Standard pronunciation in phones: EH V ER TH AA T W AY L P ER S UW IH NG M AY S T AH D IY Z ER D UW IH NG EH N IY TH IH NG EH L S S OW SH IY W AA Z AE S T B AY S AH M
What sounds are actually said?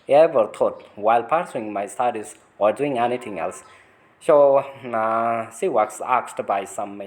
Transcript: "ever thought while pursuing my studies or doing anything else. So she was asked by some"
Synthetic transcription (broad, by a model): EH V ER T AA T W AY L P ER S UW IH NG M AY S T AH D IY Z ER D UW IH NG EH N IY T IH NG EH L S S OW S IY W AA S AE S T B AY S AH M